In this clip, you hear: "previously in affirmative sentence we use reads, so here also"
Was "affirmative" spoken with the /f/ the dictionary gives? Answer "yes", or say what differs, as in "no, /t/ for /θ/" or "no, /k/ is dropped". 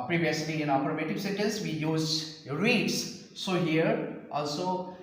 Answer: no, /p/ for /f/